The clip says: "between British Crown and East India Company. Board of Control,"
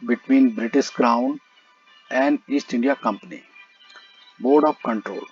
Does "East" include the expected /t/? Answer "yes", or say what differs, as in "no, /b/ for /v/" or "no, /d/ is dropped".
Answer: yes